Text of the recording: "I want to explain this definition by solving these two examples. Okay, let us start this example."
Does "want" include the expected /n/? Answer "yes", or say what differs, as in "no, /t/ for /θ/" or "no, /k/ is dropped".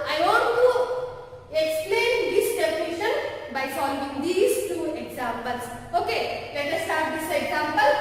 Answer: no, /n/ is dropped